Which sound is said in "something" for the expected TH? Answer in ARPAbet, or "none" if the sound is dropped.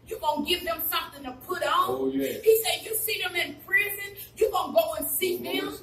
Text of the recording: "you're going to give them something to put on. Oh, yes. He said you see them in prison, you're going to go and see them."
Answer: TH